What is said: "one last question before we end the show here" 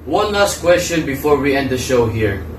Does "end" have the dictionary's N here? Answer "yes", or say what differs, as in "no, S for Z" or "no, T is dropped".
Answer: yes